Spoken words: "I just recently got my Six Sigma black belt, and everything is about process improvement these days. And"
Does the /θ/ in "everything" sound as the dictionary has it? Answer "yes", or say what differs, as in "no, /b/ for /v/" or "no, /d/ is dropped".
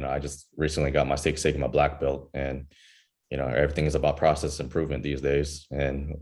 yes